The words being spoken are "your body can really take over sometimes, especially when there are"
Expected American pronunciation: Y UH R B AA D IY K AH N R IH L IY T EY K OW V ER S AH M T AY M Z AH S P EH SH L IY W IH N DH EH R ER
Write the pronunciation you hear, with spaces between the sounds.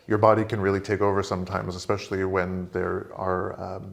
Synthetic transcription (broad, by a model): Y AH R B AA D IY K AH N R IH L IY T EY K OW V ER S AH M T AY M Z AH S P EH SH L IY W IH N DH EH R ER